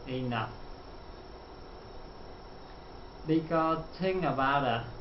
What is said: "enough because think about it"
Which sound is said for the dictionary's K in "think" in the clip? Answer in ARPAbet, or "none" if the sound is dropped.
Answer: none